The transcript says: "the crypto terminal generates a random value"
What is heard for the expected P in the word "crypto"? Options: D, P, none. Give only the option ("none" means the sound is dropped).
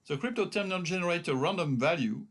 P